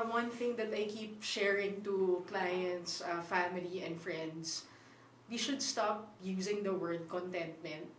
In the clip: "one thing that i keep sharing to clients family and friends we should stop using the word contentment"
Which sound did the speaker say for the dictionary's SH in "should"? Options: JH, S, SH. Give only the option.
SH